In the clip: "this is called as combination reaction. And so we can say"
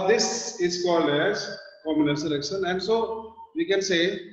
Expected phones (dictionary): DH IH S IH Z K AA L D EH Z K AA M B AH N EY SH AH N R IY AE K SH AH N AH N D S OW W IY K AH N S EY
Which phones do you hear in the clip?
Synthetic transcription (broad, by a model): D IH S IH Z K AA L D EH Z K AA M AH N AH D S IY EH K SH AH N AH N D S OW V IY K AH N S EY